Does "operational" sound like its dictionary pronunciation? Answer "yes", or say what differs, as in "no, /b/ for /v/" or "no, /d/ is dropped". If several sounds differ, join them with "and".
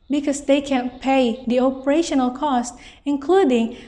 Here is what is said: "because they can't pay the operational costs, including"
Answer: yes